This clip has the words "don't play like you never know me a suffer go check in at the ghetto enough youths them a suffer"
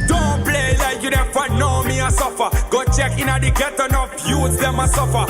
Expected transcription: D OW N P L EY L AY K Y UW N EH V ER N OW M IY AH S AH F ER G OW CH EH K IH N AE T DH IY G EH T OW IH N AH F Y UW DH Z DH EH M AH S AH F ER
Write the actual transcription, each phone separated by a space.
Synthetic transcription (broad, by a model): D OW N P L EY L AY K Y UW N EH F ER N OW M IY AH S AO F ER G OW CH EH K IH N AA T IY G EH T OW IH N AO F Y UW Z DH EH M AH S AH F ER